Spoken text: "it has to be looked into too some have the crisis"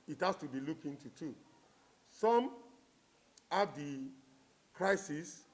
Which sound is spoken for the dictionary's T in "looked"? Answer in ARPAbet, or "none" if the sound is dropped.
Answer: none